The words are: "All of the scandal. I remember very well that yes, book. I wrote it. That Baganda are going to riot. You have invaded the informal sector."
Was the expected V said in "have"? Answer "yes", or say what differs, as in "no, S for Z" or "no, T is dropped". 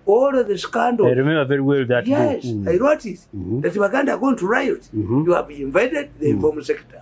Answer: no, B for V